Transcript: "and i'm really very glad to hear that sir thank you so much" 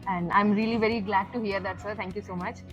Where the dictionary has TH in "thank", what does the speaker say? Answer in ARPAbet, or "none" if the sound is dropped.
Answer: T